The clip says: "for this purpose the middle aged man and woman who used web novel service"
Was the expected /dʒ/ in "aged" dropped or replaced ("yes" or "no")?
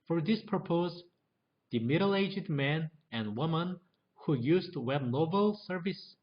no